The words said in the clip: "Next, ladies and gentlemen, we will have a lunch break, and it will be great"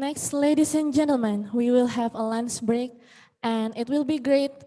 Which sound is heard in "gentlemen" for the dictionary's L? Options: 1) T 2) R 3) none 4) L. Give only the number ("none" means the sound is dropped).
4